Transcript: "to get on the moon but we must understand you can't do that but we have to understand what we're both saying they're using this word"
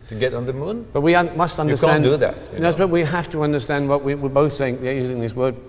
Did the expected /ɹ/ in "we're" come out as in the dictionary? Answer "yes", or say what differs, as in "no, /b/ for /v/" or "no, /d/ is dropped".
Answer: no, /w/ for /ɹ/